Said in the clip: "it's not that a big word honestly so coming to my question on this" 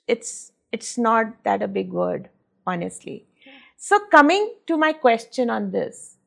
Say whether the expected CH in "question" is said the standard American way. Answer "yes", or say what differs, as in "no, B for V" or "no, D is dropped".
yes